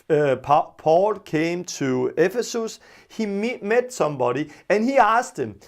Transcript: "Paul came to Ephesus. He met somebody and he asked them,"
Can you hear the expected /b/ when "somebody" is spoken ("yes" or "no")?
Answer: yes